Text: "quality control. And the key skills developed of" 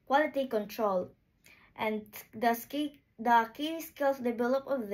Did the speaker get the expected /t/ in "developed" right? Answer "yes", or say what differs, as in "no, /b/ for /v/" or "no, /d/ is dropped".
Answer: no, /t/ is dropped